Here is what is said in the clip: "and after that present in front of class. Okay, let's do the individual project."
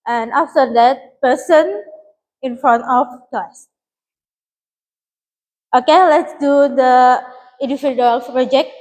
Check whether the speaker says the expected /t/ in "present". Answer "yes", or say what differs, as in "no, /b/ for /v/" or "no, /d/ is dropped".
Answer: no, /t/ is dropped